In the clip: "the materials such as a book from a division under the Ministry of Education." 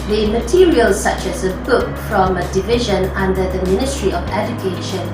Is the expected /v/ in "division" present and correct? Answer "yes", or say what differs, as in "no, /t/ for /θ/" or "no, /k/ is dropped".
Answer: yes